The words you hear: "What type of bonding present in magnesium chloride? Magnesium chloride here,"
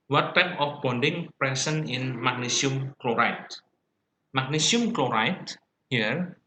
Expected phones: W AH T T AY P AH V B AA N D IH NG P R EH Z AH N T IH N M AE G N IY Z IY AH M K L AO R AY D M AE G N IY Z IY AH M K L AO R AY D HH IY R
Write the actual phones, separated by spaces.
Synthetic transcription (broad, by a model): W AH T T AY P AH F B AA N D IH NG P R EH S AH N IH N M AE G N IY S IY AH M K L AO R AY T M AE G N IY S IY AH M K L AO R AY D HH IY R